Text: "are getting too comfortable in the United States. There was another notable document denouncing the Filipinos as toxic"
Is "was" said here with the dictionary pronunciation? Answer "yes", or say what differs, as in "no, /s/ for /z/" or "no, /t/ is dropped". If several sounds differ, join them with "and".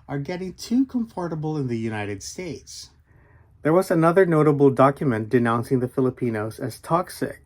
yes